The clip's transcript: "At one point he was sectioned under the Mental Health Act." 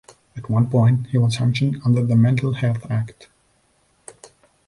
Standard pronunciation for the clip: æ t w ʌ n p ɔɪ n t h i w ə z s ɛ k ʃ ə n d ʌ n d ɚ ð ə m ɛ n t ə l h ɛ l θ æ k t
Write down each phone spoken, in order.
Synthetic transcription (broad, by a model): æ t w ʌ n p ɔɪ n t h i w ə z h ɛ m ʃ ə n ʌ n d ɚ ð ə m ɛ n t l h ɛ l θ æ k t